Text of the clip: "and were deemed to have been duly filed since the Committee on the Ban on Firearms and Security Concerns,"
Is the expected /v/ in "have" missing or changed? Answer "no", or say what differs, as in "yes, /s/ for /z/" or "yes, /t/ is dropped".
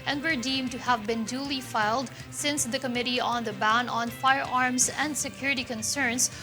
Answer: no